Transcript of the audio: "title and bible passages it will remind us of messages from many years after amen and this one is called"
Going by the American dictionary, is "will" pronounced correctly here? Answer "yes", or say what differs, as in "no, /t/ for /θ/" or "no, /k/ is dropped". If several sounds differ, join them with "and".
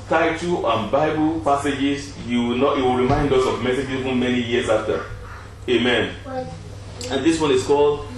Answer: no, /w/ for /l/